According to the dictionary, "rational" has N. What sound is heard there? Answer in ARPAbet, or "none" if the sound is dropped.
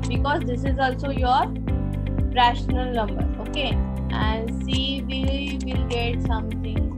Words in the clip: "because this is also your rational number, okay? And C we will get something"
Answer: N